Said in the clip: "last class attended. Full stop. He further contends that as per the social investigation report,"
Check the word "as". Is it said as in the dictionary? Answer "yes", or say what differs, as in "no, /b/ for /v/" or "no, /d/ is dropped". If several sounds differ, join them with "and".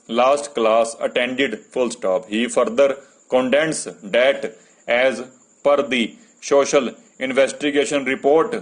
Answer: yes